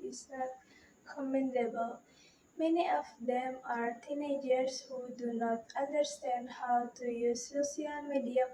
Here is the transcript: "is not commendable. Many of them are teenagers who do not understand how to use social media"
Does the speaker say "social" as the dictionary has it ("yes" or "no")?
no